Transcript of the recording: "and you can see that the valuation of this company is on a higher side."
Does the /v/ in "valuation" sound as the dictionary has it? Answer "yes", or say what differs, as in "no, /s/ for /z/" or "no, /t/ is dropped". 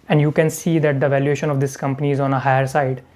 yes